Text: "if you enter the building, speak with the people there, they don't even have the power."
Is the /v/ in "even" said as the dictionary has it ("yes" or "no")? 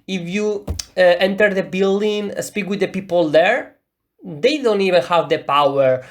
yes